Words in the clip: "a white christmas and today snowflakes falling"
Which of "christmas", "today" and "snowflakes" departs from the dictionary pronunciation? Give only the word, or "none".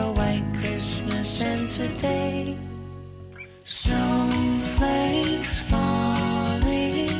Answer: snowflakes